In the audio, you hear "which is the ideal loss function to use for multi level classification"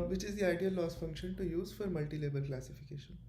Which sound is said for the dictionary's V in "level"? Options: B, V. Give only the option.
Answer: B